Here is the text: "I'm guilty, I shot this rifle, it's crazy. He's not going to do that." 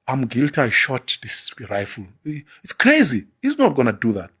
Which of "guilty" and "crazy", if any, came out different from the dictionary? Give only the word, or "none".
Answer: none